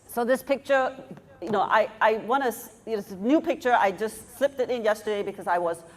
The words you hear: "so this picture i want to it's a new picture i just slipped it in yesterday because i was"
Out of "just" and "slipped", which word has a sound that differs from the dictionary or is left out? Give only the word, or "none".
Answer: none